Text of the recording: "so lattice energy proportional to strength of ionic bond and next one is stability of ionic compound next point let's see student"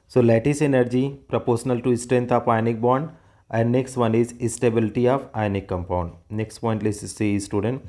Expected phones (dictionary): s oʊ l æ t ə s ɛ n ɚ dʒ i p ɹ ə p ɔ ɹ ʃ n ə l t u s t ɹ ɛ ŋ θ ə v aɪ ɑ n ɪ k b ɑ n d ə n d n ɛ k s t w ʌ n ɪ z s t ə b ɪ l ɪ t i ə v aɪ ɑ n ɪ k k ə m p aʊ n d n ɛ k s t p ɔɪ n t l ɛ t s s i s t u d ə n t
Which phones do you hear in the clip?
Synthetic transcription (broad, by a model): s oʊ l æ t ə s ɛ n ɚ dʒ i p ɹ ə p ɔ ɹ ʃ n ə l t u s t ɹ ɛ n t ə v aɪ n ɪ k b ɑ n d ə n d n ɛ k s t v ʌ n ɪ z s t ə b ɪ l ɪ t i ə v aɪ n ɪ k k ə m p aʊ n d n ɛ k s t p ɔɪ n t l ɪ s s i s t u d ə n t